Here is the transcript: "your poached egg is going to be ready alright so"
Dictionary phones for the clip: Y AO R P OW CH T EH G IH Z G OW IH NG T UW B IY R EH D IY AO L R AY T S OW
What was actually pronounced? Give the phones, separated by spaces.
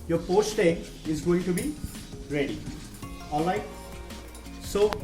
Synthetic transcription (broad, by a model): Y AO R P OW S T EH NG IH Z G OW IH NG T UW B IY R EH D IY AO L AY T S OW